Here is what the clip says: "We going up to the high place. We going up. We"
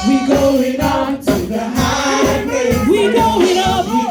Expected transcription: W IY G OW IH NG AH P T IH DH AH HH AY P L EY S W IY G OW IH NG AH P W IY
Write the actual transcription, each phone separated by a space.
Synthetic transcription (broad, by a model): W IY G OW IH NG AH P T IH DH AH HH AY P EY W IY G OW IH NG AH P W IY